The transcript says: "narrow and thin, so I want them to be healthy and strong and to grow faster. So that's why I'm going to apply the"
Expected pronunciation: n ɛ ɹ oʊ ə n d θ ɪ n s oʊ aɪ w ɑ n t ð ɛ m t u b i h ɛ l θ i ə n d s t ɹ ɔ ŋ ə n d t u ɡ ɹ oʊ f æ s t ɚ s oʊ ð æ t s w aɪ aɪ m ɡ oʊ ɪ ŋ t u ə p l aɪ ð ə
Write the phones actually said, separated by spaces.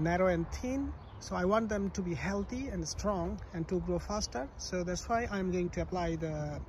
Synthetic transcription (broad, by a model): n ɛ ɹ oʊ ə n d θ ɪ n s oʊ aɪ w ɑ n t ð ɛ m t u b i h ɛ l t i ə n d s t ɹ ɔ ŋ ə n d t u ɡ ɹ oʊ f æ s t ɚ s oʊ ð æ t s w aɪ aɪ m ɡ oʊ ɪ ŋ t u ə p l aɪ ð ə